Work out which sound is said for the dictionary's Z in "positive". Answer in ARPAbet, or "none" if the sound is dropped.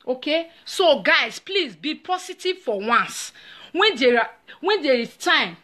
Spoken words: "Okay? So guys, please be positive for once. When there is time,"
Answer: S